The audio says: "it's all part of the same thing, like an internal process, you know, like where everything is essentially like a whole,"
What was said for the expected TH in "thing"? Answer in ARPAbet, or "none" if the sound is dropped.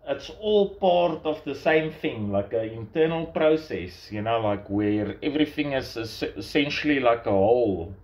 TH